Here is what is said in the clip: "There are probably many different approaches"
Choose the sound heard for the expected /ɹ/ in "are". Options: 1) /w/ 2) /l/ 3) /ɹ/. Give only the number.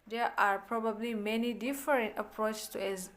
3